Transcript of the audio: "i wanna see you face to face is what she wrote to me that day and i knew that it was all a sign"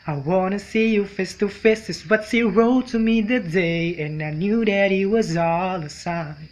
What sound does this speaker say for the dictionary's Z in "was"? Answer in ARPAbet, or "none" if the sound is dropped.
Z